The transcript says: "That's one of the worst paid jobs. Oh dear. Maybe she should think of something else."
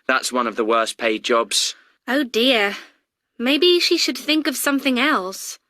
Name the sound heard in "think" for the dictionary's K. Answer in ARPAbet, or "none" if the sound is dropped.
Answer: K